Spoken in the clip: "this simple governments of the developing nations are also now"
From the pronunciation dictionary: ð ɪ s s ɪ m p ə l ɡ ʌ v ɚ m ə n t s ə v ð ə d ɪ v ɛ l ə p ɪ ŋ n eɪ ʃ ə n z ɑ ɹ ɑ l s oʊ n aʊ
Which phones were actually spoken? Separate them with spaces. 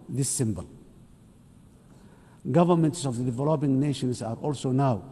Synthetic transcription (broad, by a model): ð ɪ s s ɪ m b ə l ɡ ʌ v ɚ m ə n t s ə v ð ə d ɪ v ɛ l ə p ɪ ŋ n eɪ ʃ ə n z ɑ ɹ ɑ l s oʊ n aʊ